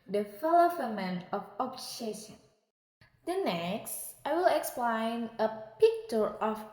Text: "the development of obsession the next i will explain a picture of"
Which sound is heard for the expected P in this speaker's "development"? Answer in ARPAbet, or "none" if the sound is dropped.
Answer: none